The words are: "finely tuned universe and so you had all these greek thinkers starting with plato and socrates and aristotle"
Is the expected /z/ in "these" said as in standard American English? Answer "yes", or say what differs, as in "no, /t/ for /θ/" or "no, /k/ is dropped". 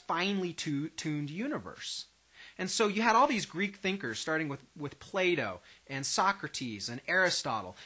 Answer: yes